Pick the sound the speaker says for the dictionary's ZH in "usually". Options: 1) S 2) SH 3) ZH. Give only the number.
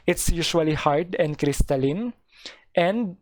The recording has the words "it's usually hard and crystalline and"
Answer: 2